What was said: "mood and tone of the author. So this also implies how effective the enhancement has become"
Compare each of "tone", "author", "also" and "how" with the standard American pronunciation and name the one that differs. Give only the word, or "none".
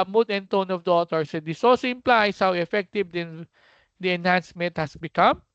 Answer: author